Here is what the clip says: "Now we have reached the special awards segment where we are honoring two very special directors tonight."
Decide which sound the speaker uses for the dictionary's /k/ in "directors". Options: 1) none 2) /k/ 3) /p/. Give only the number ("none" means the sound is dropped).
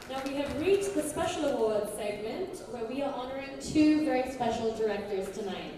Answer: 2